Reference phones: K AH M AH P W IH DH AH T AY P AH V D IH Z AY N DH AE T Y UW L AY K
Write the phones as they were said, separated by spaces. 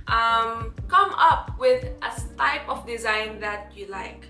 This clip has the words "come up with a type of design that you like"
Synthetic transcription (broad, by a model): K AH M AH P W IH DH AH T AY P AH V D IH Z AY N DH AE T Y UW L AY K